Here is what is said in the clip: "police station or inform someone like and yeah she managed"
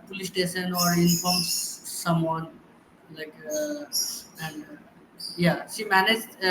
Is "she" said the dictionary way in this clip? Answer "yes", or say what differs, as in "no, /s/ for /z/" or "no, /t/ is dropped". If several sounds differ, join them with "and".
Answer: no, /s/ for /ʃ/